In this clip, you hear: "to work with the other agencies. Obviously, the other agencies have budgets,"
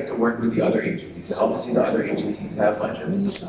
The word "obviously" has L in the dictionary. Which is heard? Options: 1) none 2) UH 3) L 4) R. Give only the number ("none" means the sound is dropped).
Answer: 1